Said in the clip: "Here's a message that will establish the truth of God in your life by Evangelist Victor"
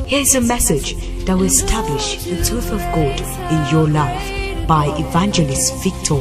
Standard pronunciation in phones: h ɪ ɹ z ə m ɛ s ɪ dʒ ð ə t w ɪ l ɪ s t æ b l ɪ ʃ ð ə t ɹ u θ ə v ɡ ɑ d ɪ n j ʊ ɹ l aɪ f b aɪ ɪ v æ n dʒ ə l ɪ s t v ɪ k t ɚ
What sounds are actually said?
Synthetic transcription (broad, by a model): h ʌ ɹ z ə m ɛ s ɪ dʒ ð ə t w ɪ l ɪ s t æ b l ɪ ʃ ð ə t ɹ u θ ə v ɡ ɑ d ɪ n j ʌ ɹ l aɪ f b aɪ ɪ v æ n dʒ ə l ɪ s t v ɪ k t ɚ